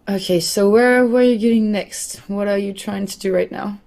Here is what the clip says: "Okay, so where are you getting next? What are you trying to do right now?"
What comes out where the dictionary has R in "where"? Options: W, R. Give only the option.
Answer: W